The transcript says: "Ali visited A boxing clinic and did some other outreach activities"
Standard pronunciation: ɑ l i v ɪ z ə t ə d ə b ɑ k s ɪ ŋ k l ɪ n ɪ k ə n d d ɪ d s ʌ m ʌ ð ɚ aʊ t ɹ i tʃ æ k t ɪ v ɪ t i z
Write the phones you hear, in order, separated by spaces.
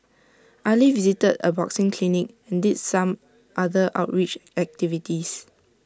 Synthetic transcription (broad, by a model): ɑ l i v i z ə t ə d ə b ɑ k s ɪ ŋ k l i n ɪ k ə n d d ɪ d s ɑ m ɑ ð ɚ aʊ t ɹ i tʃ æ k t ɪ v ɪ t i s